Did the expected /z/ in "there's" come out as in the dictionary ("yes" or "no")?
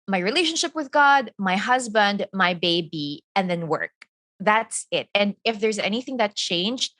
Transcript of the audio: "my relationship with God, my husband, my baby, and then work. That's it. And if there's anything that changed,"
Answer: yes